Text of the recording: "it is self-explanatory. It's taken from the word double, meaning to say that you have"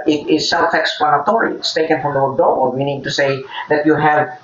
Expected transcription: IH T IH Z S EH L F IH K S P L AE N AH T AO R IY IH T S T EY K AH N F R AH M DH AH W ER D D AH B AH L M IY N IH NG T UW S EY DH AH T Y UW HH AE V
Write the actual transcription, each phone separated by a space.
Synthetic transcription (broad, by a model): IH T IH S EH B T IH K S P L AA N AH T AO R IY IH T S T EY K AH N F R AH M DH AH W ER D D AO AH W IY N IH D T UW S EY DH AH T Y UW HH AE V